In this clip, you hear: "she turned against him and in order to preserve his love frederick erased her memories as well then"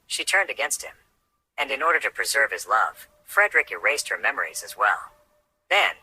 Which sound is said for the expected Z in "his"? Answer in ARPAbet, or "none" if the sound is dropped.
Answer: Z